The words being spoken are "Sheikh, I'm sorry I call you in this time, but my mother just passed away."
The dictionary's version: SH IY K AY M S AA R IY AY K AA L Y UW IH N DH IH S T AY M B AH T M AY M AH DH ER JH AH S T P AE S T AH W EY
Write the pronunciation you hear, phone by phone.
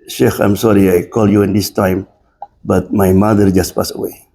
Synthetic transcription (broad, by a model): SH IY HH AY M S AA R IY AY K AA L Y UW IH N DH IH S T AY M B AH T M AY M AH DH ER JH AH S T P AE S AH W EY